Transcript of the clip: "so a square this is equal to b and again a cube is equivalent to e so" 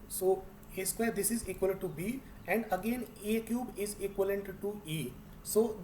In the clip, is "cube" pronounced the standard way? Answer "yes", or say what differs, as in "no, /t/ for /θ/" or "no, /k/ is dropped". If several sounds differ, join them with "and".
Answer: yes